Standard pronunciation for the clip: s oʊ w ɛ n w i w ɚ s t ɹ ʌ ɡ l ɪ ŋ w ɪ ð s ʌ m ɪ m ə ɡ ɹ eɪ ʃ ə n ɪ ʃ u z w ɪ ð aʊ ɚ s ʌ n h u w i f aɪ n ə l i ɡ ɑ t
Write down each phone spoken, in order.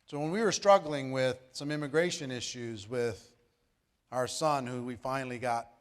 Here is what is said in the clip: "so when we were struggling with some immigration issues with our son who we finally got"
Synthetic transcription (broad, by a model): s oʊ w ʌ n w i w ɚ s t ɹ ʌ ɡ l ɪ ŋ w ɪ ð s ʌ m ɪ m ə ɡ ɹ eɪ ʃ ə n ɪ ʃ u z w ɪ ð aʊ ɚ s ʌ n h u w i f aɪ n l i ɡ ɑ t